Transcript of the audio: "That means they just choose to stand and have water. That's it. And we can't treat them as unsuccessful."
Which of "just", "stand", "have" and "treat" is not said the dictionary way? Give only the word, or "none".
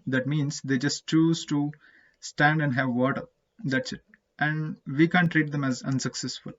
none